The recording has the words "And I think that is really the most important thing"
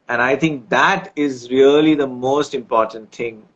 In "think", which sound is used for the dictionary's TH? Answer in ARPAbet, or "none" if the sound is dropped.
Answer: T